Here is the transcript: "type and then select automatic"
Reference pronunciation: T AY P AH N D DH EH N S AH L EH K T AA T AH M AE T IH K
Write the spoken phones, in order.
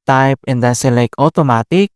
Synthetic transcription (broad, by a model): T AY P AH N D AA S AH L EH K AA T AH M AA T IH K